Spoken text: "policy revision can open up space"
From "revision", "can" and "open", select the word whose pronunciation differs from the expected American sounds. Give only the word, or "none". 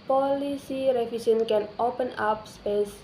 revision